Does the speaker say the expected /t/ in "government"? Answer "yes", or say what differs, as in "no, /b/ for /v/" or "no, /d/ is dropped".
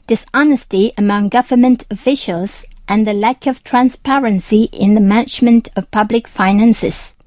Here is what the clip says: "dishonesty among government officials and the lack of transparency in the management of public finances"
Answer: yes